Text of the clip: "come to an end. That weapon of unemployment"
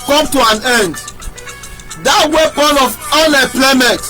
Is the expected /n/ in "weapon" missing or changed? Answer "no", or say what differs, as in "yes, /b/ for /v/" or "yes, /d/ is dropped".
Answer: yes, /l/ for /n/